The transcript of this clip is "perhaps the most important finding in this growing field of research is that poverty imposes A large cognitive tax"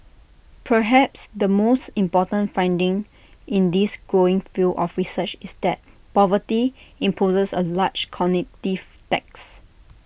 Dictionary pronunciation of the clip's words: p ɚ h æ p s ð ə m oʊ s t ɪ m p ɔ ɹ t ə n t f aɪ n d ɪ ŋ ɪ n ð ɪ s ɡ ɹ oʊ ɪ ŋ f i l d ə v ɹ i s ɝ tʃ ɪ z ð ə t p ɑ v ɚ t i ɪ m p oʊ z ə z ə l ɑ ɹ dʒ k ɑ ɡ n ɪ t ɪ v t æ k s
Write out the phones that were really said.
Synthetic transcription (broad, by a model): p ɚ h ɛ p s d ə m oʊ s t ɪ m p ɔ t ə n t f aɪ n d ɪ ŋ ɪ n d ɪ s ɡ ɹ oʊ ɪ ŋ f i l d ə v ɹ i s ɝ tʃ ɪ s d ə t p ɑ v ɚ t i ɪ m p oʊ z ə s ə l ɑ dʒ k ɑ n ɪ t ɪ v t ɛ k s